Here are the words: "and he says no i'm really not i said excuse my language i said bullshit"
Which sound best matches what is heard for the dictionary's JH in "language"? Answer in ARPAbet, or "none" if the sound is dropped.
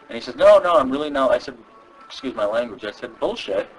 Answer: JH